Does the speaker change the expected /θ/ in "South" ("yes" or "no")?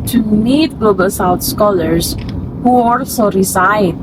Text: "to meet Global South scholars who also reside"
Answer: yes